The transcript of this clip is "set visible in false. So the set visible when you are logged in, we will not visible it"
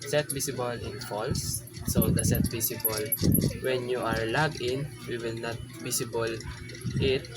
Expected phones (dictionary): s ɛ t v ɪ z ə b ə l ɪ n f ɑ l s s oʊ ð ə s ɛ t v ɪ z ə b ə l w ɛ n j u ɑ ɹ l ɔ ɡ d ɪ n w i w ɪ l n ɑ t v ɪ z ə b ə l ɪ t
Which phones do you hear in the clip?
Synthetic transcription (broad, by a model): s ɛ t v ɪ s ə b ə l ɪ n f ɑ l s s oʊ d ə s ɛ t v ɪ s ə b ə l w ɛ n j u ɑ ɹ l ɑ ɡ ɪ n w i w ɪ l n ɑ t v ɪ s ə b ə l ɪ t